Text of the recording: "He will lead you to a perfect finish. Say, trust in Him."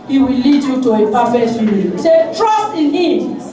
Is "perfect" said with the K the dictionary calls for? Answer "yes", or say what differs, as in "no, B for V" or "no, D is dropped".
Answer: no, K is dropped